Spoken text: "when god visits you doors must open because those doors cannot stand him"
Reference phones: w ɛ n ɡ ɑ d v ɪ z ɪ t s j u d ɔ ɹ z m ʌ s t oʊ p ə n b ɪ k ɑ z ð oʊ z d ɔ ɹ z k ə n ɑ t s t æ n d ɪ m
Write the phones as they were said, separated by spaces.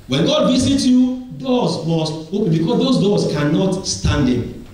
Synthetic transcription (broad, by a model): w ɛ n ɡ ɑ d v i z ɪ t j u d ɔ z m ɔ s t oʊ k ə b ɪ k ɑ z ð oʊ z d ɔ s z k ə n ɑ t s t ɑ n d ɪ